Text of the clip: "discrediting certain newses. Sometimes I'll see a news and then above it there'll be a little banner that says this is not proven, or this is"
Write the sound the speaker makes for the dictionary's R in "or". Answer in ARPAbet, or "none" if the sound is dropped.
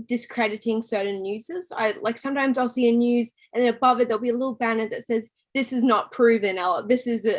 L